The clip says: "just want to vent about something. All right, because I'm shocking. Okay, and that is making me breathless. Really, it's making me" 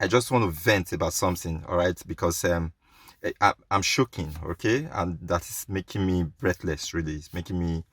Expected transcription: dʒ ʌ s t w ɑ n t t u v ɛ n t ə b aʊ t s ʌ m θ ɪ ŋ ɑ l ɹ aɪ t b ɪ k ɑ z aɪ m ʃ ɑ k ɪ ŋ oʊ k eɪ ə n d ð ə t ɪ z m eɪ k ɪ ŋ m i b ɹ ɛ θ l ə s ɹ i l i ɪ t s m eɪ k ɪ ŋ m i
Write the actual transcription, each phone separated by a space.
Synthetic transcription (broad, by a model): dʒ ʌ s t w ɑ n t t u v ɛ n t ə b aʊ t s ʌ m θ ɪ ŋ ɑ l ɹ aɪ t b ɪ k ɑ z aɪ m ʃ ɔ k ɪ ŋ oʊ k eɪ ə n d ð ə t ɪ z m eɪ k ɪ ŋ m i b ɹ ɛ θ l ə s ɹ i l i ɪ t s m eɪ k ɪ ŋ m i